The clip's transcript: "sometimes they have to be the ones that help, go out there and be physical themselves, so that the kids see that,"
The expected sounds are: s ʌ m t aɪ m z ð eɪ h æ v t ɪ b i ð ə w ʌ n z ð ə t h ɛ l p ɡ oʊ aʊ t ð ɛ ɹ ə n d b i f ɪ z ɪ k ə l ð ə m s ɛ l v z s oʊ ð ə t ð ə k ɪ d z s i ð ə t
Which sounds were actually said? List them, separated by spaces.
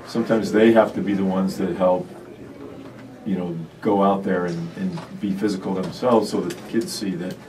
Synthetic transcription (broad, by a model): s ʌ m t aɪ m z ð eɪ h æ f t ɪ b i ð ə w ʌ n z ð ə t h ɛ l p ɡ oʊ aʊ t ð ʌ ɹ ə n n b i f ɪ z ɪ k l ð ə m s ɛ l v z s oʊ ð ə t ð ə k ɪ d z s i ð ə t